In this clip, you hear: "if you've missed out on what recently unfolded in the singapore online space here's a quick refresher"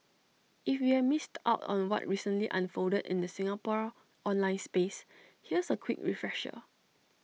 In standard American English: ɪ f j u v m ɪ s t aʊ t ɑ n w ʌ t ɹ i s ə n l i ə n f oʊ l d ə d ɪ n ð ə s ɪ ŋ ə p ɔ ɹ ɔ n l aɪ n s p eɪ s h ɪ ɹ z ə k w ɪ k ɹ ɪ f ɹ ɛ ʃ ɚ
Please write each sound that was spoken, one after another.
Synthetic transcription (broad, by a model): ɪ f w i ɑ m ɪ s t aʊ t ɑ n w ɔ t ɹ i s ə n l i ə n f oʊ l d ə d ɪ n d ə s ɪ ŋ ə p ɔ ɹ ɔ n l aɪ n s p eɪ s h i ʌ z ə k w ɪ k ɹ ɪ f ɹ ɛ ʃ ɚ